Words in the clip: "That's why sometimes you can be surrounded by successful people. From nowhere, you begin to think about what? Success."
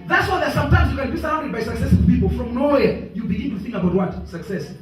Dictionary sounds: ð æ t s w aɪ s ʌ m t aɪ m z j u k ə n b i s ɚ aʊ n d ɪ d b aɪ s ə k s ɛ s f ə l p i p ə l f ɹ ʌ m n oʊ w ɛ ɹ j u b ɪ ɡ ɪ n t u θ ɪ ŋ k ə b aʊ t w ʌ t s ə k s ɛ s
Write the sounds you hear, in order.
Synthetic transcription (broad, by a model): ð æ t s w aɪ s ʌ m t aɪ m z j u k ə n b i s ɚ aʊ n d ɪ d b aɪ s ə k s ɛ s ə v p i p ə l f ɹ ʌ m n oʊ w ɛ j u b ɪ ɡ ɪ n t u θ ɪ ŋ k ə b aʊ t w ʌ t s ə k s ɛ s